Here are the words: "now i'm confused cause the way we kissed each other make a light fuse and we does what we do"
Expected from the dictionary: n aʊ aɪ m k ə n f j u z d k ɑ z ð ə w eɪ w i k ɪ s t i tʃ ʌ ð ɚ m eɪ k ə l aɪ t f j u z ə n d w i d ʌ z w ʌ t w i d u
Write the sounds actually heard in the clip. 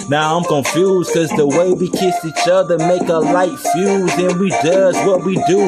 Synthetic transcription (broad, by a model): n aʊ aɪ m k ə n f j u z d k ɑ z ð ə w eɪ w i k ɪ s i tʃ ʌ ð ɚ m eɪ k ə l aɪ t f j u z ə n w i d ʌ z w ʌ t w i d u